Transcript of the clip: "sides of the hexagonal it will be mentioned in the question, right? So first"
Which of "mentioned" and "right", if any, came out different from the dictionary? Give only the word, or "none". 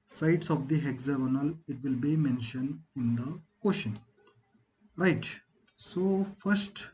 none